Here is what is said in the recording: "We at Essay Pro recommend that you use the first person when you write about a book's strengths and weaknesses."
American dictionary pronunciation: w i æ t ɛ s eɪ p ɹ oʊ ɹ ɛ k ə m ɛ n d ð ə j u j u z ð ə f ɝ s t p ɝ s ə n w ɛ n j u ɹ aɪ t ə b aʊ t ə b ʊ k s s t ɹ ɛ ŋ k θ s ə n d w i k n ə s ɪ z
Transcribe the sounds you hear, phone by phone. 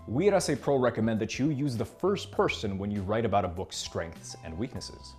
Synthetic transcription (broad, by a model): w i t ɛ s eɪ p ɹ oʊ ɹ ɛ k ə m ɛ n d ð ə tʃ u j u z ð ə f ɝ s t p ɝ s ə n w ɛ n j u ɹ aɪ t ə b aʊ t ə b ʊ k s s t ɹ ɛ ŋ k θ s ə n d w i k n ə s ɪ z